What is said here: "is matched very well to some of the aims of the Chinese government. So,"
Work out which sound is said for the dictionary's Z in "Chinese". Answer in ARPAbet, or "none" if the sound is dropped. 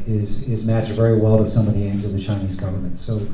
Z